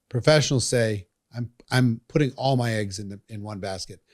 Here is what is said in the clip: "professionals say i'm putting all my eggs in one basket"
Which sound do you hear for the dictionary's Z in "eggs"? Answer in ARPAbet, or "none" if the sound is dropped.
Z